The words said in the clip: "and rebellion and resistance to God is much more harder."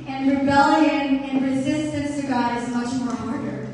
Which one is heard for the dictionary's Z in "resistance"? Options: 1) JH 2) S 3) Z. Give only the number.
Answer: 3